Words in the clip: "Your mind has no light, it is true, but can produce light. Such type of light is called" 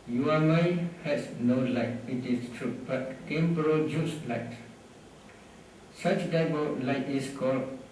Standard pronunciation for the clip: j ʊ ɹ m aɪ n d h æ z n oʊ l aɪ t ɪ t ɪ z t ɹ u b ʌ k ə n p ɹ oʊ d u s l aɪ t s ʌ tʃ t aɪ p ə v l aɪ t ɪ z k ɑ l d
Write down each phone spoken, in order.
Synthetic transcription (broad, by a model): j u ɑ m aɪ h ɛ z n oʊ l aɪ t ɪ t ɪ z t ɹ u b ʌ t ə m p ɹ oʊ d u s l aɪ t s ʌ tʃ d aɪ b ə l aɪ t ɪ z k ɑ l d